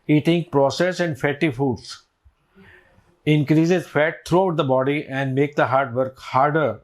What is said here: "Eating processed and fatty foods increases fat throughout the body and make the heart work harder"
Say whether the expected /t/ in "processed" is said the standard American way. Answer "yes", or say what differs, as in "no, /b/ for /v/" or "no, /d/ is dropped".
no, /t/ is dropped